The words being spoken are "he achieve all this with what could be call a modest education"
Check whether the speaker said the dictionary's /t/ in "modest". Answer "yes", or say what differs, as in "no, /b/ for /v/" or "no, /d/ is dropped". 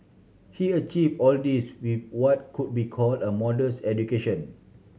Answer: no, /t/ is dropped